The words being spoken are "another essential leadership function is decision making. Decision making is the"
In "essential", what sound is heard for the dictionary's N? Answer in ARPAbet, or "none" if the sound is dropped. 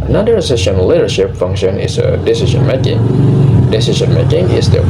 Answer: none